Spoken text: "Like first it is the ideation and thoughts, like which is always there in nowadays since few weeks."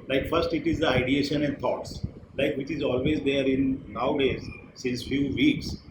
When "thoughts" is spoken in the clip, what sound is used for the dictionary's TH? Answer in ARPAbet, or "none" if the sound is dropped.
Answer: T